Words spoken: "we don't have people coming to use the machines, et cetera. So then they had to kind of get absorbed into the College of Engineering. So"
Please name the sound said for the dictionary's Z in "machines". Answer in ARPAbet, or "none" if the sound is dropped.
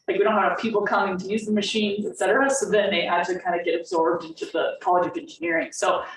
Z